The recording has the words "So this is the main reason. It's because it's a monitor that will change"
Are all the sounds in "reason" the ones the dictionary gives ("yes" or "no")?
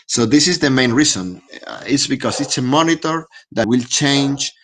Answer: no